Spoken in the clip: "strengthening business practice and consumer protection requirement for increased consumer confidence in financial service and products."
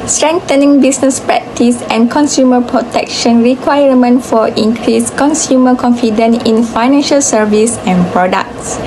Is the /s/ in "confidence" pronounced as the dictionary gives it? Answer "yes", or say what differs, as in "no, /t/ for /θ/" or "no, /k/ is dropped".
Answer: no, /s/ is dropped